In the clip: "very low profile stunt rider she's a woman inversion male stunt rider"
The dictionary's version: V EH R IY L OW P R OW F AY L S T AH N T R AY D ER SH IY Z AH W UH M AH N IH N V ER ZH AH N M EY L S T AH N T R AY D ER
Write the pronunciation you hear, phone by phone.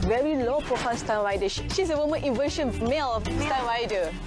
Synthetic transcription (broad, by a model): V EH R IY L OW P R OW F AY N S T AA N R AY D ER SH IY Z AH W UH M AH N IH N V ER SH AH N M EY L S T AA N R AY D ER